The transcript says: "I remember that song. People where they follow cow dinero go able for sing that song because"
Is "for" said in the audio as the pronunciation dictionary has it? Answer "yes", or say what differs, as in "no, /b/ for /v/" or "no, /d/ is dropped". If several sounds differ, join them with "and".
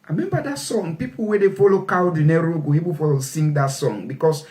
no, /l/ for /ɹ/